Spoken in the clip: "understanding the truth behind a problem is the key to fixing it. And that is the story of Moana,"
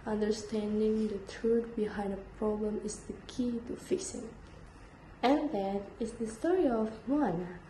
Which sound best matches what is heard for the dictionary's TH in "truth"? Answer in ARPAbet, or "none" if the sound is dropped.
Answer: T